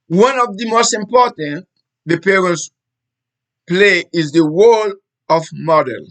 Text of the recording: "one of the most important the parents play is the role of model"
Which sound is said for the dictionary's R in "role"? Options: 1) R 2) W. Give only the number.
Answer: 2